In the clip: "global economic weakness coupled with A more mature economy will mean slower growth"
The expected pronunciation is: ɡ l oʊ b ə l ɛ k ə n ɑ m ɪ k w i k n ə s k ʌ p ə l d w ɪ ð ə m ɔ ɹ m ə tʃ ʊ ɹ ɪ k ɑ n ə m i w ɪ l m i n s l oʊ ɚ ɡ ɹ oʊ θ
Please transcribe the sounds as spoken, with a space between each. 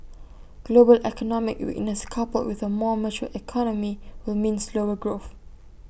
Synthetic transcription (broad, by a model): ɡ l oʊ b ə l ɛ k ə n ɑ m ɪ k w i n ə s k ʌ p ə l w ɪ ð ə m ɔ m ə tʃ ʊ ɪ k ɑ n ə m i w ɪ l m i n s l oʊ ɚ ɡ ɹ oʊ θ